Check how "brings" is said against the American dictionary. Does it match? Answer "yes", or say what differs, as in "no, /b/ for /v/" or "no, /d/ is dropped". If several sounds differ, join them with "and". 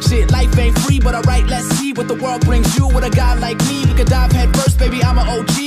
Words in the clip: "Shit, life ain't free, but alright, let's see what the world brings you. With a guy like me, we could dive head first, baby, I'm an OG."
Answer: yes